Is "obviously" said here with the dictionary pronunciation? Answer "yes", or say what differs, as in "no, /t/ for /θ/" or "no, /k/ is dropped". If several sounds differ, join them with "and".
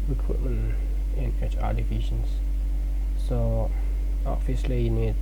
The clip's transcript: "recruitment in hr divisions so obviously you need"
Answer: no, /b/ is dropped